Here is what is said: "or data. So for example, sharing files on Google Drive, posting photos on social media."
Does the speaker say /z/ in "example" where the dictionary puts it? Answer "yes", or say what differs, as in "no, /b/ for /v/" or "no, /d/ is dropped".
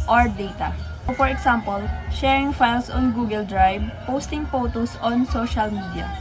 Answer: no, /s/ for /z/